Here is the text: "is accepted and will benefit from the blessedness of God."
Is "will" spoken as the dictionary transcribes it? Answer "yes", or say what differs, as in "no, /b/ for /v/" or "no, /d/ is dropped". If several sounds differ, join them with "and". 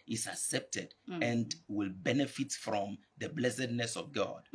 yes